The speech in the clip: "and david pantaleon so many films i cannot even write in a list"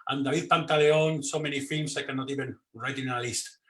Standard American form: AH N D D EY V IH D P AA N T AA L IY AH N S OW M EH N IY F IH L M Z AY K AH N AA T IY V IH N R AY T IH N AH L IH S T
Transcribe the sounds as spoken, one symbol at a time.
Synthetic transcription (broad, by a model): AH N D D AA B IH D P AA N T AA L IY AH N S OW M EH N IY F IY L M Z AY K AH N AA T IY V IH N R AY T IH N AH L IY S T